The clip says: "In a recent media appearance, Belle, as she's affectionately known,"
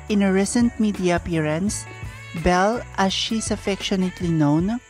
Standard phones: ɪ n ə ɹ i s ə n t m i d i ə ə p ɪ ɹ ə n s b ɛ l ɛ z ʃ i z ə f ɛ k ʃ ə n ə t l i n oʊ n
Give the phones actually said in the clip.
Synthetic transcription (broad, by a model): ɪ n ə ɹ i s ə n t m i d i ə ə p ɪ ɹ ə n s b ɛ l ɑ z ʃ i s ə f ɛ k ʃ ə n ə t l i n oʊ n